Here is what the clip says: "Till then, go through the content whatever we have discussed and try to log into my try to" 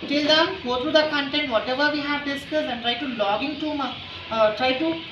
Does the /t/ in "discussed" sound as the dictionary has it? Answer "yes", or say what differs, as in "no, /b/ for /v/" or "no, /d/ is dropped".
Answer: no, /t/ is dropped